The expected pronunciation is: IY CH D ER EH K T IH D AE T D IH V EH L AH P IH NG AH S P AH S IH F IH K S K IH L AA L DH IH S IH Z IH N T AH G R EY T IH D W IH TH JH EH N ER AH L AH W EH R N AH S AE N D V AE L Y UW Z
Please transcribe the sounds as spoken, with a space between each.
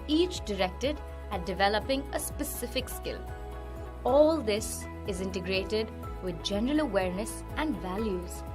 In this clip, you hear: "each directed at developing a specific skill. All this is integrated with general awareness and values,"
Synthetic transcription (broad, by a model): IY CH D ER EH K T IH D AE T D IH V EH L AH P IH NG AH S P AH S IH F IH K S K IH L AA L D IH S IH Z IH N T AH G R EY T IH D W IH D JH EH N ER AH L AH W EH R N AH S AE N D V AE L Y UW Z